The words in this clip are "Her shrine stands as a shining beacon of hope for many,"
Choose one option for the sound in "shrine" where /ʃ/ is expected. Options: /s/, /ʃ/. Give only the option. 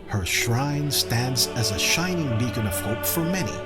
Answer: /ʃ/